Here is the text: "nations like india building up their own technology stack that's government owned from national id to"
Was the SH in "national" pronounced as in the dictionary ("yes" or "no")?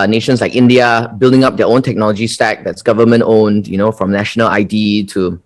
yes